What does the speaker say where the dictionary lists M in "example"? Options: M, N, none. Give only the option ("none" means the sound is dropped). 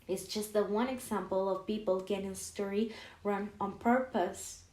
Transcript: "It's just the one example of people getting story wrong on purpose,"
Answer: M